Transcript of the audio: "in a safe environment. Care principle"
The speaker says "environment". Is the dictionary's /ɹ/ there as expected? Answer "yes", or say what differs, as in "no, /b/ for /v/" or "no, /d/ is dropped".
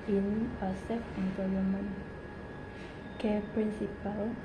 no, /l/ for /ɹ/